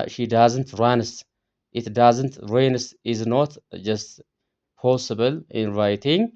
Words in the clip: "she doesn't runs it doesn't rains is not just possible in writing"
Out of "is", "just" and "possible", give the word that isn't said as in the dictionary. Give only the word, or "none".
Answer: none